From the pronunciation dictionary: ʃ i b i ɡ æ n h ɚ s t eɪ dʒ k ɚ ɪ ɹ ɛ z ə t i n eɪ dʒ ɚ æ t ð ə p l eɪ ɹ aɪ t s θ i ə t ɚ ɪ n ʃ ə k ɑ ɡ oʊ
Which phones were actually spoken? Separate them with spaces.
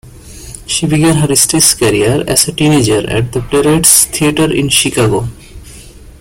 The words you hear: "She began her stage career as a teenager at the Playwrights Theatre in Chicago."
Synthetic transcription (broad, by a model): ʃ i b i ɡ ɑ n h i s t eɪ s k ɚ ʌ ɹ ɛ s ə t i n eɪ dʒ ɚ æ t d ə p l eɪ ɹ aɪ t s t i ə t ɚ ɪ n ʃ ə k ɑ ɡ oʊ